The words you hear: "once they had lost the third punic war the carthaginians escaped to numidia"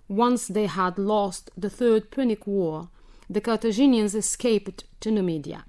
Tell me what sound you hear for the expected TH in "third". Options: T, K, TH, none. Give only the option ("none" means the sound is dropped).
TH